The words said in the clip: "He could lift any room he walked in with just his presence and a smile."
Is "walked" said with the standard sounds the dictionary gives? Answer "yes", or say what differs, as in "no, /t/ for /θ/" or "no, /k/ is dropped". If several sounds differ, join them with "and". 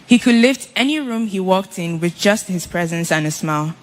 yes